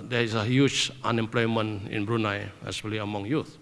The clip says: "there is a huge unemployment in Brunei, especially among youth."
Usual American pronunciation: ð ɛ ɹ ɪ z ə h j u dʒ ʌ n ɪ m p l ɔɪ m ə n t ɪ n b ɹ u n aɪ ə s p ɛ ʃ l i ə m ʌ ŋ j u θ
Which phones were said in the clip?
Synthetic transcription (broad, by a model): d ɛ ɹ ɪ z ə h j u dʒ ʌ n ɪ m p l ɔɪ m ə n ɪ n b ɹ u n aɪ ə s ɛ l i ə m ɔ ŋ j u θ